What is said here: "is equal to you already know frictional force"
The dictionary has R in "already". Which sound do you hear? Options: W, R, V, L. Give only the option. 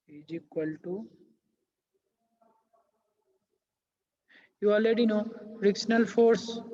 L